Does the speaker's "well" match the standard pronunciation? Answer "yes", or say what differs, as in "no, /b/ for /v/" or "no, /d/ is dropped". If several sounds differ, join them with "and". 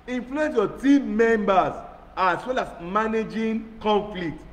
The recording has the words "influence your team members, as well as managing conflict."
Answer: yes